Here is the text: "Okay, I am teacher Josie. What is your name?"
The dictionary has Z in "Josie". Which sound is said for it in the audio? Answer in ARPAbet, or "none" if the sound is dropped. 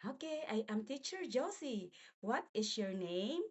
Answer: S